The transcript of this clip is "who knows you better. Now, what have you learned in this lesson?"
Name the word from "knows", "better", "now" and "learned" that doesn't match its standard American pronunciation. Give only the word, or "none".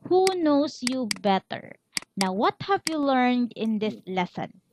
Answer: knows